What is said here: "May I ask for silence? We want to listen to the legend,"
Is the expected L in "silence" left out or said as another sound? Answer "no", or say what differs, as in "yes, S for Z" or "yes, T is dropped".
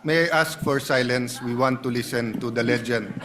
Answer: no